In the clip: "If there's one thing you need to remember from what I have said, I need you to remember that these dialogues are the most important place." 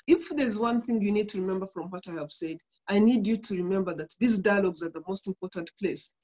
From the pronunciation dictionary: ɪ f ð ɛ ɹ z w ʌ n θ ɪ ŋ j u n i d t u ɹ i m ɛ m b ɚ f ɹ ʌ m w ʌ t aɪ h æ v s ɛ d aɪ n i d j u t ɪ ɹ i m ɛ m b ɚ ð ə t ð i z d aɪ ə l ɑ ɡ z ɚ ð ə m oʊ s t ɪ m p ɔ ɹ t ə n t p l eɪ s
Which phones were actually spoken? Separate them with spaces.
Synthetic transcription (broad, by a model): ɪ f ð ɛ ɹ z w ʌ n θ ɪ ŋ j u n i d t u ɹ i m ɛ m b ɚ f ɹ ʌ m w ʌ t aɪ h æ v s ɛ d aɪ n i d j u t ɪ ɹ i m ɛ m b ɚ ð ə t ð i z d aɪ ə l ɑ ɡ z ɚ ð ə m oʊ s t ɪ m p ɔ ɹ t ə n t p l eɪ s